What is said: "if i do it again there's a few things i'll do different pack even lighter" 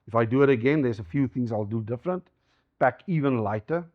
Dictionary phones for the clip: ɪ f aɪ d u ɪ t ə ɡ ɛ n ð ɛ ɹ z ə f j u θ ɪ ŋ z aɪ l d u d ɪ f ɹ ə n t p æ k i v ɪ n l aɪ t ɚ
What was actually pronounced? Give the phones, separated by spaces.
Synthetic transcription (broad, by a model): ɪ f aɪ d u ɪ t ə ɡ ɛ n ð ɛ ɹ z ə f j u θ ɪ ŋ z aɪ l d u d ɪ f ɹ ə n t b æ k i v ɪ n l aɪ t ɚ